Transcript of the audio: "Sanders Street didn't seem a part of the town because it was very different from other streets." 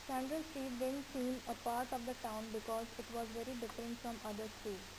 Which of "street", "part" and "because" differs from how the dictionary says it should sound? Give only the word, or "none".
street